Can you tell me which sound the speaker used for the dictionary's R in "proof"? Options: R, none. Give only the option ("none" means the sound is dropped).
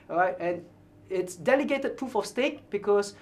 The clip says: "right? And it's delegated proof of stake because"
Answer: R